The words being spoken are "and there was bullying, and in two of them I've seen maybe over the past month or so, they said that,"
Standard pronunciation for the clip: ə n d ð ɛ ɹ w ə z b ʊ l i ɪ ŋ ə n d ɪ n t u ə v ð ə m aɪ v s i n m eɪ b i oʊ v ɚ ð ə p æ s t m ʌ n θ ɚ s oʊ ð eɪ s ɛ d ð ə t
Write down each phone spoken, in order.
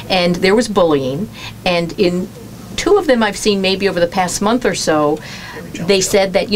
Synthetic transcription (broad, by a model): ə n ð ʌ ɹ w ə z b ʊ l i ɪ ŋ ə n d ɪ n t u ə v ð ə m aɪ v s i n m eɪ b i oʊ v ɚ ð ə p æ s t m ʌ n θ ɚ s oʊ ð eɪ s ɛ d ð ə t